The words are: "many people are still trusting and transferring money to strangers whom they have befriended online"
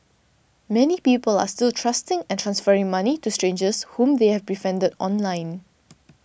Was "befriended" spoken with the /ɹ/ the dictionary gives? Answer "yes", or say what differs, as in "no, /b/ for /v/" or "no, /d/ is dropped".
no, /ɹ/ is dropped